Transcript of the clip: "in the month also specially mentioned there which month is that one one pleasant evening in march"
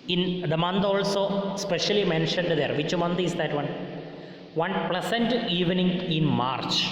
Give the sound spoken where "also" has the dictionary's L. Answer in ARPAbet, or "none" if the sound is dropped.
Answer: L